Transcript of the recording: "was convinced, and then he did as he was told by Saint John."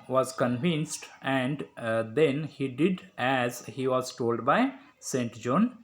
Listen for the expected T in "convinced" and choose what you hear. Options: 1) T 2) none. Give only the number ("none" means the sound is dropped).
1